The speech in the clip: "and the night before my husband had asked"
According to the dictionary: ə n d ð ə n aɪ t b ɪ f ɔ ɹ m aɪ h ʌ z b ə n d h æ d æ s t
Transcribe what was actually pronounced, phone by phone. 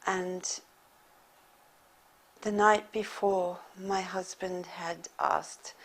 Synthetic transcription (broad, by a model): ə n ð ə n aɪ t b ɪ f ɔ ɹ m aɪ h ʌ z b ə n d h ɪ d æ s t